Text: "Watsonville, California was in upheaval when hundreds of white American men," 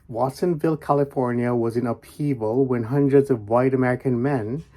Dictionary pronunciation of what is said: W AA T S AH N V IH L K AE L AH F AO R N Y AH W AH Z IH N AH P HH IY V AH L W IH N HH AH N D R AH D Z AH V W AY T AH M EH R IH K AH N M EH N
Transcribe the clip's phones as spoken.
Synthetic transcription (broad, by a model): W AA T S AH N V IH L K AE L AH F AO R N Y AH W AH Z IH N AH P IY V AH L W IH N HH AH N D R AH D Z AH V W AY T AH M EH R IH K AH N M EH N